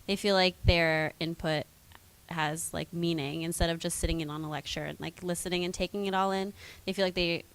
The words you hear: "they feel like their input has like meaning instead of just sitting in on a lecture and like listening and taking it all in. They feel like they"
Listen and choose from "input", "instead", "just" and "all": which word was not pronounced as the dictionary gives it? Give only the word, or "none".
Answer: none